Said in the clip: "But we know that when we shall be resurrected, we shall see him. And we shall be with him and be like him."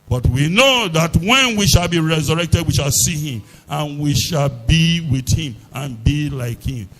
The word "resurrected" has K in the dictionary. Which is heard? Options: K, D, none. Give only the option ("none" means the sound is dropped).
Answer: K